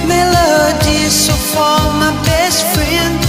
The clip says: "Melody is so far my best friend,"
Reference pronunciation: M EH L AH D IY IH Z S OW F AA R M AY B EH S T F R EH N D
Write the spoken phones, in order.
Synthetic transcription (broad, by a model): M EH L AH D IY S OW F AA L M AY B EH S T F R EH N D